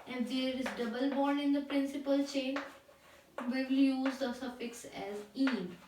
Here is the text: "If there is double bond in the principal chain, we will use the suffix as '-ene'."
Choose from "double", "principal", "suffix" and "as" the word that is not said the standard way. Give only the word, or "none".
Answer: none